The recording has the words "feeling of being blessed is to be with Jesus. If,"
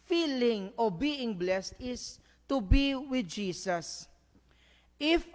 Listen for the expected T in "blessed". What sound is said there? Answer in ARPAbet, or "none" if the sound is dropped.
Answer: T